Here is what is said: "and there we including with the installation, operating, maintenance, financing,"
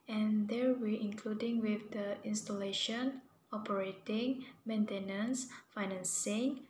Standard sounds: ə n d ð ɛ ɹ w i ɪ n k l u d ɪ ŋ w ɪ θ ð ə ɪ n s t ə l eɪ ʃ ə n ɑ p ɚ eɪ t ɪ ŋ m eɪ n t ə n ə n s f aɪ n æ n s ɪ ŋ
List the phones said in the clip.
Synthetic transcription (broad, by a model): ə n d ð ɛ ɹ w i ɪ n k l u d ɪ ŋ w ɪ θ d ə ɪ n s t ə l eɪ ʃ ə n ɑ p ɚ eɪ t ɪ ŋ m eɪ n t ə n ə n s f aɪ n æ n s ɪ ŋ